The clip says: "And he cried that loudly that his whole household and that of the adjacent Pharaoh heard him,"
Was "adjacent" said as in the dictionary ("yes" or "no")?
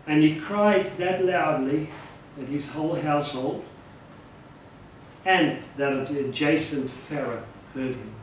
yes